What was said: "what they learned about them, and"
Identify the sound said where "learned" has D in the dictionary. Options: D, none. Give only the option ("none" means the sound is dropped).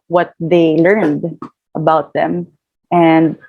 D